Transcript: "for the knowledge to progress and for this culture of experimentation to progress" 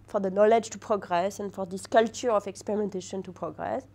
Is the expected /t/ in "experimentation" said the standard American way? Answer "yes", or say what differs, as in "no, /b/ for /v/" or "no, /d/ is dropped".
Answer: yes